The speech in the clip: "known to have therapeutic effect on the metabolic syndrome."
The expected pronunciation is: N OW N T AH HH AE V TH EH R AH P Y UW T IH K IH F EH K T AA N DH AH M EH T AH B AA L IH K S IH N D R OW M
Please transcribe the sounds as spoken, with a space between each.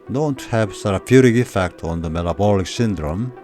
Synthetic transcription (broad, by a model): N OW N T HH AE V S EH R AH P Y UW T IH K IH F EH K T AA N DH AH M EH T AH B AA L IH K S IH N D R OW M